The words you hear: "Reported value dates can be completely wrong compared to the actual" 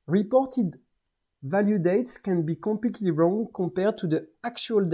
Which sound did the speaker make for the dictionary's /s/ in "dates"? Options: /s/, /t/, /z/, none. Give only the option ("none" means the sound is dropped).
/s/